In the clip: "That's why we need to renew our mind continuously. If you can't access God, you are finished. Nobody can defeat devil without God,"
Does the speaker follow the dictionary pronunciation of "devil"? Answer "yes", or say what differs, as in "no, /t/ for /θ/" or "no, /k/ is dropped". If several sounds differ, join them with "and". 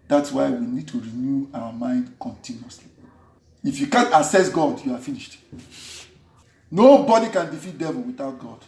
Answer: yes